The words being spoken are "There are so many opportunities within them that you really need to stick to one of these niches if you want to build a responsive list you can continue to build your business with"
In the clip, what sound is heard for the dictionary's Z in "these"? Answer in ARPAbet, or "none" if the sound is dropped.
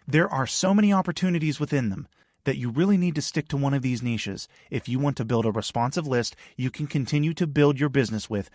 Z